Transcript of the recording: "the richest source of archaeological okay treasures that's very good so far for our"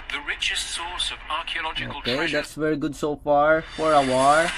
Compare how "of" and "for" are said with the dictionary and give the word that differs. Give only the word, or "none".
none